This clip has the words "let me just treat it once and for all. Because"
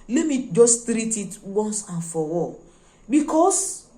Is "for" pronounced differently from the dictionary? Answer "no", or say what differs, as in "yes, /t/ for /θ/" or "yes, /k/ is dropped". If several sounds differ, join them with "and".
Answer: yes, /w/ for /ɹ/